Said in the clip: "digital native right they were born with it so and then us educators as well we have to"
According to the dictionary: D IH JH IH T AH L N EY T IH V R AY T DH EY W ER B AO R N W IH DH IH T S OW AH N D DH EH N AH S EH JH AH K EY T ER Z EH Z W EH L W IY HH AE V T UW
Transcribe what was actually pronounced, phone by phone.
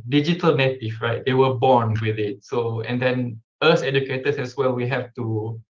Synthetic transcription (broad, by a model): D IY JH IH T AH L N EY T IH F R AY T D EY W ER B AO N W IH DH IH T S OW AH N D EH N AH S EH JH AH K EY T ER S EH S W EH L W IY HH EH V T UW